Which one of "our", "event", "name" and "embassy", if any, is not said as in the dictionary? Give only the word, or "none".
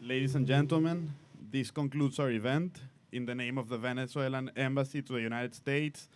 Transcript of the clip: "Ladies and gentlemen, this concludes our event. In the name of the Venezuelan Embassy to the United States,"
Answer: none